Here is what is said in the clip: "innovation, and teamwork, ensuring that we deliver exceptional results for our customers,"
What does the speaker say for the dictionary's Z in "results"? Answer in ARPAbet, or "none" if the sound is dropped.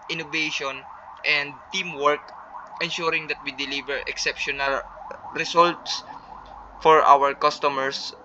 S